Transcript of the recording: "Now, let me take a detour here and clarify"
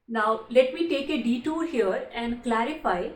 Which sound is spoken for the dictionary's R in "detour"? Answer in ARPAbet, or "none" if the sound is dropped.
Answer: L